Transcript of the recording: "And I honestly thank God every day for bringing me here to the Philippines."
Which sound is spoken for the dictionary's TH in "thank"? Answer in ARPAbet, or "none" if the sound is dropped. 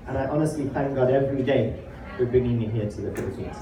TH